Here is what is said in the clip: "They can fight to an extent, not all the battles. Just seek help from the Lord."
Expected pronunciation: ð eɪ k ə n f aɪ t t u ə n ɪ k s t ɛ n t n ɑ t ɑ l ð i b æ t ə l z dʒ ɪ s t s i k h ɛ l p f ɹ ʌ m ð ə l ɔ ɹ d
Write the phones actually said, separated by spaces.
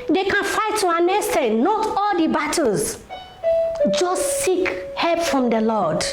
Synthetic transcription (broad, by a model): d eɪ k ə n f aɪ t t u ə n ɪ s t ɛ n n ɑ t ɑ l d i b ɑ t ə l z dʒ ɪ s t s i k h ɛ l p f ɹ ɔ m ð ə l ɔ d